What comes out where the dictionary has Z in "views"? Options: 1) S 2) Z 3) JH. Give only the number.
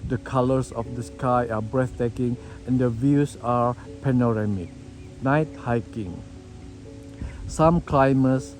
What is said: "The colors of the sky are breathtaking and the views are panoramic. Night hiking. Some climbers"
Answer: 1